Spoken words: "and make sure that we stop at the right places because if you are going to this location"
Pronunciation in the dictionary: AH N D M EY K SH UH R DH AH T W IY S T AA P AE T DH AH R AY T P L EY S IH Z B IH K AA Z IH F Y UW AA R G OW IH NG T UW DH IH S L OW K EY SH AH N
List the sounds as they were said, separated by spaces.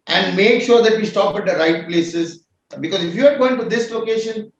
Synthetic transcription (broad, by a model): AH N D M EY K SH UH R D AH T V IY S T AA P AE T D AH R AY T P L EY S IH Z B IH K AA Z IH F Y UW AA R G OW IH NG T UW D IH S L OW K EY SH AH N